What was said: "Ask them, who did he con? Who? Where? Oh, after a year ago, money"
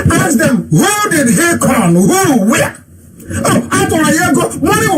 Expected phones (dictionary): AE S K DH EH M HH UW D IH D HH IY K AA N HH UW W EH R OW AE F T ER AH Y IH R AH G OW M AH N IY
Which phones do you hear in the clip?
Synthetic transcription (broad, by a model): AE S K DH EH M HH UW D IH D HH IY K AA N HH UW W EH OW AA T AH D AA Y AH G OW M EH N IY